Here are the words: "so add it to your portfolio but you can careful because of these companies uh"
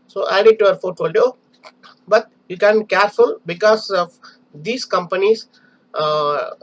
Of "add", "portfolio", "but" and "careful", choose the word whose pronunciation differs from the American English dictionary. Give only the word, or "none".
portfolio